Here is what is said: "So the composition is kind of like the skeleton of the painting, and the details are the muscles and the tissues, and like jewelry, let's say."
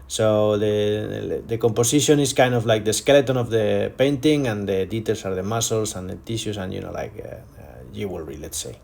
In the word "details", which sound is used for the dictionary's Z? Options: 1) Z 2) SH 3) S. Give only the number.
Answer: 3